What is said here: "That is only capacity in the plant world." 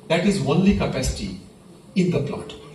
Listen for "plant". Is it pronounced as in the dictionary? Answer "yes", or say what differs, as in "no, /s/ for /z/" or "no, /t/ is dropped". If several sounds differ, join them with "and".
no, /n/ is dropped